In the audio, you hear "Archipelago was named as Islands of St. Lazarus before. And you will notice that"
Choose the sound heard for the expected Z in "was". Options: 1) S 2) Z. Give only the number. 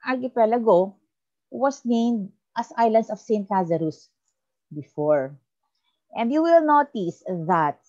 1